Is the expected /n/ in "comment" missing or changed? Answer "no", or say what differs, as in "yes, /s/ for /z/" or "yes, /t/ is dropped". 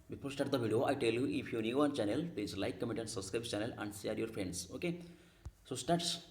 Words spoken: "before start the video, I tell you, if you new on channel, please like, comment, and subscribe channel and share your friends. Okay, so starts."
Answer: yes, /n/ is dropped